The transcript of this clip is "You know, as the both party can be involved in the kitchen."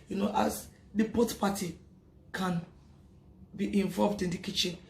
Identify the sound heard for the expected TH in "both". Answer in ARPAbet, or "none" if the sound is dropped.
T